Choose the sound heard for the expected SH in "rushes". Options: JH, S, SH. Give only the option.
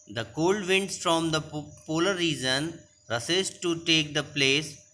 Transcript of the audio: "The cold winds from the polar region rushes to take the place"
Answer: S